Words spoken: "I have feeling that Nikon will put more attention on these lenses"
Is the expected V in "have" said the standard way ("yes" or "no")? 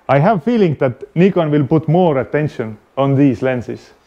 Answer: yes